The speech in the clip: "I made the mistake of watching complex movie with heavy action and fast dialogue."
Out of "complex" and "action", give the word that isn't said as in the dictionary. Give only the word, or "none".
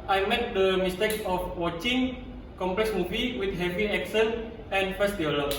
action